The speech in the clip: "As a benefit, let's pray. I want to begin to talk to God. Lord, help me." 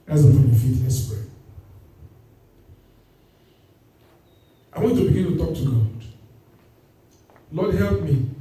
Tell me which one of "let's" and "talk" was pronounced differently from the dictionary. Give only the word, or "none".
let's